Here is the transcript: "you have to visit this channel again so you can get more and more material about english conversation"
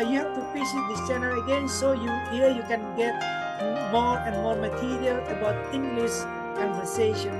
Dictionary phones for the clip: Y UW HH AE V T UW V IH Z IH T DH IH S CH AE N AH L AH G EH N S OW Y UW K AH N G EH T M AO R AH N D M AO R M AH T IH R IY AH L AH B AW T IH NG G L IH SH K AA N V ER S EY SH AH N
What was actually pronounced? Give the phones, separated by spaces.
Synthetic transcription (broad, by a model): Y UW HH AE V T UW P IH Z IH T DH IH S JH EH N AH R AH G EH N S OW Y UW K AH N G EH T M AO R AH N M AO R M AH T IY R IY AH L AH B AW T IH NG G L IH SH K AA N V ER S EY SH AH N